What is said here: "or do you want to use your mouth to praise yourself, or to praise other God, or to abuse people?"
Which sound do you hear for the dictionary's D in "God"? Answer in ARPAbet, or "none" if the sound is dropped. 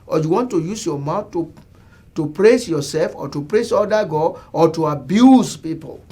none